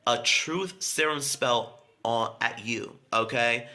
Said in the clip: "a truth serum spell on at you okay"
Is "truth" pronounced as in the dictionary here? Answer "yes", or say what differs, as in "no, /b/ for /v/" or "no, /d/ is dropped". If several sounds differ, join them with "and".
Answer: yes